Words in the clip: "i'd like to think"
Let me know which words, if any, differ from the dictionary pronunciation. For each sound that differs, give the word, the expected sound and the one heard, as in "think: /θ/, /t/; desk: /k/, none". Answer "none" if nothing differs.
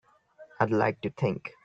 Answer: think: /θ/, /t/